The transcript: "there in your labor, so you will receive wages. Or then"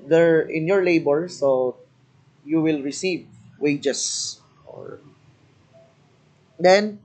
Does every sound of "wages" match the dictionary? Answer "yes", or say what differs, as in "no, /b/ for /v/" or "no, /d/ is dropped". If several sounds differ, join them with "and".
no, /s/ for /z/